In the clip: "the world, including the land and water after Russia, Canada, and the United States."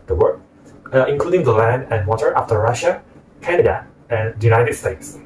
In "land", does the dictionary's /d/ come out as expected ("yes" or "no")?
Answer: yes